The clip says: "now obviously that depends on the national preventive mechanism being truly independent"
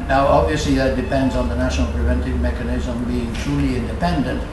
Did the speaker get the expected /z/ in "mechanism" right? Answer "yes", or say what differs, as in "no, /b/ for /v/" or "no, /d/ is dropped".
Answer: yes